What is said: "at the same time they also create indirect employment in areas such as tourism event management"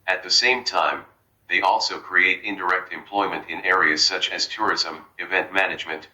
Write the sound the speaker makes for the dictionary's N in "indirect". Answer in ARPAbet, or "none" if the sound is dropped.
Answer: N